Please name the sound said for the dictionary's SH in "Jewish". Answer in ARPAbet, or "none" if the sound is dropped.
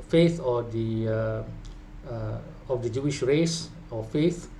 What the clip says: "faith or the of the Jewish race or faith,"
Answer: SH